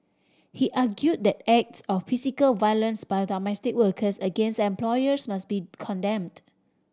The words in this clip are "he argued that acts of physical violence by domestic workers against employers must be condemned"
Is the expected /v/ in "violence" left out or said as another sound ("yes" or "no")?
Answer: no